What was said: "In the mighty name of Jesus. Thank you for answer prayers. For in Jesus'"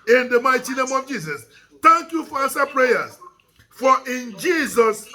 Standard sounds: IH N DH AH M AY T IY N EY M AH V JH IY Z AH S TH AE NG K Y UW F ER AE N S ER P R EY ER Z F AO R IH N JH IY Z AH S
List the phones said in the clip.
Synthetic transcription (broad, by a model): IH N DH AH M AY T IY N EY M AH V JH IY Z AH S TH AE NG K Y UW F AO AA S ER P R EY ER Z F AO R IH N JH IY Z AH S